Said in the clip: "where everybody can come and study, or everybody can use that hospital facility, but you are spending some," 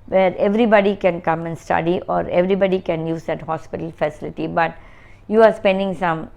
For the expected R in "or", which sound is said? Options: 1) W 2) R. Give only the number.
2